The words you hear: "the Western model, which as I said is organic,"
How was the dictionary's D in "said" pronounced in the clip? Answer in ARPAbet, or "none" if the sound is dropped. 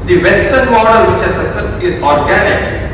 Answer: none